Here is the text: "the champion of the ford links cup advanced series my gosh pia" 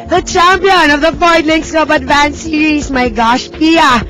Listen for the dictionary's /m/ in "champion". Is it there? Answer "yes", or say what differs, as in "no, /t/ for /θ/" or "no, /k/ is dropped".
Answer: yes